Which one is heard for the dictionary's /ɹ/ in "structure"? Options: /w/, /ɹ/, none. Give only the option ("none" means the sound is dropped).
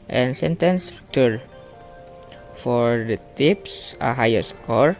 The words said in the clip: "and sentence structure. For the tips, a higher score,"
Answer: none